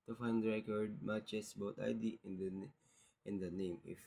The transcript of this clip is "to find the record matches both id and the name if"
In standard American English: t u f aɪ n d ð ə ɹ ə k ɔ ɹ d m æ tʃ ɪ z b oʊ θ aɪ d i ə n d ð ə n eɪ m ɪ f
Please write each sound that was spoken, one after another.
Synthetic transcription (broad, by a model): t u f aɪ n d ɹ ə k ɔ ɹ d m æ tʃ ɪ s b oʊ t aɪ d i ə n d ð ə n eɪ m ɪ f